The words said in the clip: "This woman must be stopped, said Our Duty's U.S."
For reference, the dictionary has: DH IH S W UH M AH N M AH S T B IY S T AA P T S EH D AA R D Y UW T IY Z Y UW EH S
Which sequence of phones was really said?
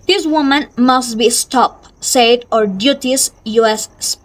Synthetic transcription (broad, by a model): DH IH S W UH M AH N M AH S T B IY S T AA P S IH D AA R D Y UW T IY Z Y UW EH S